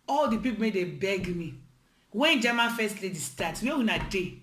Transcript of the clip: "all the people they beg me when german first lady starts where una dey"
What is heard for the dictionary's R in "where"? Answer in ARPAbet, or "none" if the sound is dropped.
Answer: W